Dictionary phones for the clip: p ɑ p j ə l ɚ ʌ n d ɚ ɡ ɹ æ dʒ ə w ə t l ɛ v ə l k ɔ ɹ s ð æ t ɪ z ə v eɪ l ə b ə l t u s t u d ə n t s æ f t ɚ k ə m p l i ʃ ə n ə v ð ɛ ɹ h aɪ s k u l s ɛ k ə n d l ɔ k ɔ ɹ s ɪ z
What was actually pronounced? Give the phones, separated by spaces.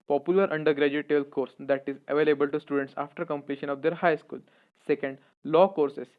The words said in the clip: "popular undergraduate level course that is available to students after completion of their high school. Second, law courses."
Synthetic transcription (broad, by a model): p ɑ p j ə l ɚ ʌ n d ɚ ɡ ɹ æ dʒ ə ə t ɛ b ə l k ɔ ɹ s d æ t ɪ z ə v eɪ l ə b ə l t u s t u d ə n t s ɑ f t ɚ k ə m p l i ʃ ə n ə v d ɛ ɹ h aɪ s k u l s ɛ k ə n d l ɔ k ɔ ɹ s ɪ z